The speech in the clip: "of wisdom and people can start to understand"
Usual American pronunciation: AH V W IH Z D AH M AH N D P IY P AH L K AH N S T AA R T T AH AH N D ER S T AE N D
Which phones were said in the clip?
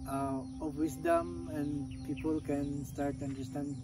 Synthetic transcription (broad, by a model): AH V W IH S D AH M AH N D P IY P AH L K AH N S T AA R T T AH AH N D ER S T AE N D